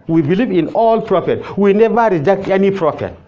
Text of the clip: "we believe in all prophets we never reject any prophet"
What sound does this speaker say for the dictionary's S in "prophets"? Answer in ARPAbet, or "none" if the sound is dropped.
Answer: none